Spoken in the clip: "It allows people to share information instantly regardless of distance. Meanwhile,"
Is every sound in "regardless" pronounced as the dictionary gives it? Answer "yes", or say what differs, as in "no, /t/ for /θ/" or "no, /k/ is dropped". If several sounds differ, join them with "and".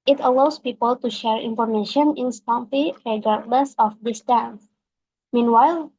yes